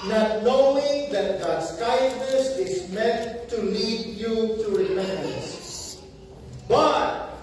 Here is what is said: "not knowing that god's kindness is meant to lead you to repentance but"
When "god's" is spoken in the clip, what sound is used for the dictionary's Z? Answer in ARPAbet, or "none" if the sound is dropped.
S